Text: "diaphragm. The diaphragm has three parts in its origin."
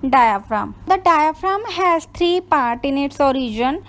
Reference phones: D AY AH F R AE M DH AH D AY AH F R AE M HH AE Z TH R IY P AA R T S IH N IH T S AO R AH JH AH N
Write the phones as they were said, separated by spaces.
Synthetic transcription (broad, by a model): D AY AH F R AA M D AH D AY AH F R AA M HH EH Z T R IY P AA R T IH N IH T S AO R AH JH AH N